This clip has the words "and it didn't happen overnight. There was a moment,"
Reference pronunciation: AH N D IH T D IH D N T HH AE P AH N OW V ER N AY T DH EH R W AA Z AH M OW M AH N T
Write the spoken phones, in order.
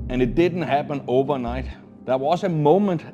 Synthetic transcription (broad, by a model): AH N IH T D IH D N T HH AE P AH N OW V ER N AY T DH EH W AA S AH M OW M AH N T